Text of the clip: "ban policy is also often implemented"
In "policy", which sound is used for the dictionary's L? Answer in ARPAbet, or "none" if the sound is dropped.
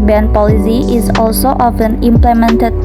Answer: L